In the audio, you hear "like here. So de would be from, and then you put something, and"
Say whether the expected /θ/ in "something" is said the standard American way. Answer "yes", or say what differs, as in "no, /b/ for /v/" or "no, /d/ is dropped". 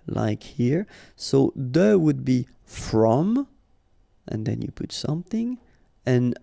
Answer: yes